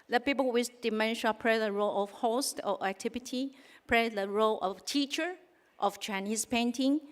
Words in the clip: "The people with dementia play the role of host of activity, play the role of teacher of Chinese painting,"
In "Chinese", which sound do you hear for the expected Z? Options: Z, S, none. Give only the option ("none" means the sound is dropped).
S